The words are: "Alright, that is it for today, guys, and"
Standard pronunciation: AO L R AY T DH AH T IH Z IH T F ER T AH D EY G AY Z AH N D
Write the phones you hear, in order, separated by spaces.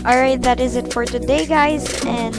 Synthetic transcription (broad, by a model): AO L R AY T DH AH T IH Z IH T F ER T AH D EY G AY Z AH N